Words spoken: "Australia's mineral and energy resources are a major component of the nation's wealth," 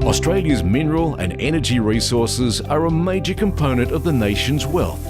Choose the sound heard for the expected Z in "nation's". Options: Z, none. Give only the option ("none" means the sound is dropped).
Z